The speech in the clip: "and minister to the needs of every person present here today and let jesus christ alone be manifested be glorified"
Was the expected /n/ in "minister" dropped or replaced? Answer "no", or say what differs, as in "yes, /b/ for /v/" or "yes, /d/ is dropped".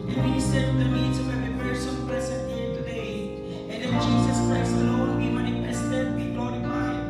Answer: yes, /n/ is dropped